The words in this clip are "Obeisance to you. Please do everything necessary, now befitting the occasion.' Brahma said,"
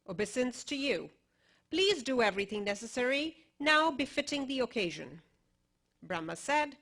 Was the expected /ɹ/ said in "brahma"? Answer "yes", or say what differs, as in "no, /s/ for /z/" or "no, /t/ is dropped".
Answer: yes